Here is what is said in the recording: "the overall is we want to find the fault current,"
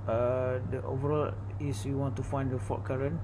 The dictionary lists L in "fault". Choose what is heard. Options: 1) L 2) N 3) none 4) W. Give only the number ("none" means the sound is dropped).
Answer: 3